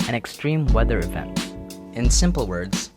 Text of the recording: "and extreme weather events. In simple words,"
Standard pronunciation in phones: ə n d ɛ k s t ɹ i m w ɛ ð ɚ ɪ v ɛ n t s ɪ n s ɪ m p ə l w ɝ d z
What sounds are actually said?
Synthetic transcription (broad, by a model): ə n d ɛ k s t ɹ i m w ɛ ð ɚ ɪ v ɛ n t ɪ n s ɪ m p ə l w ɝ d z